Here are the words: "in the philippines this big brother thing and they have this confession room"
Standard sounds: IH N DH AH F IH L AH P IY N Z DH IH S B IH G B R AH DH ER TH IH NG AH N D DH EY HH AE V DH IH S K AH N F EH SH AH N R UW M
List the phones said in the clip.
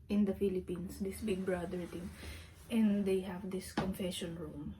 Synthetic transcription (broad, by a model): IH N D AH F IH L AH P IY N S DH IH S B IH G B R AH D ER T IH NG AH N D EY HH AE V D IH S K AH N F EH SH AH N R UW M